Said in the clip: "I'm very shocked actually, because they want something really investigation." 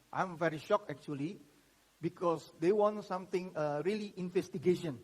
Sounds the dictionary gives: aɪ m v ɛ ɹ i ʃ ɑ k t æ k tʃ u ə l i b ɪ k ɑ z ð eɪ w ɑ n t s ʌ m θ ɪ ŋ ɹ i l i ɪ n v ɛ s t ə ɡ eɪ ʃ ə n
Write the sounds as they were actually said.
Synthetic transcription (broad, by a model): aɪ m v ɛ ɹ i ʃ ɑ k ɛ k tʃ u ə l i b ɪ k ɑ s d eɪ w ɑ n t s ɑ m t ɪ ŋ ɹ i l i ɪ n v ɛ s t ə ɡ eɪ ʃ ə n